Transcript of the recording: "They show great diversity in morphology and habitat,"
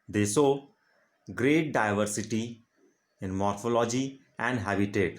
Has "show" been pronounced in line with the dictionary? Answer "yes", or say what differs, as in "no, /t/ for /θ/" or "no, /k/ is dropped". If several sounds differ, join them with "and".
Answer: no, /s/ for /ʃ/